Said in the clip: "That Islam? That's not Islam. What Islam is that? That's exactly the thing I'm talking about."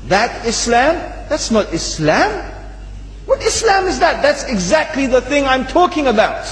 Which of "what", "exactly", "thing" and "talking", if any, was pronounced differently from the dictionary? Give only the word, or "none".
none